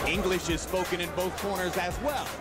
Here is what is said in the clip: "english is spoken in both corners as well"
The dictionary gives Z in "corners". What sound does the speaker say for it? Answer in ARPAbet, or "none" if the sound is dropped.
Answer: Z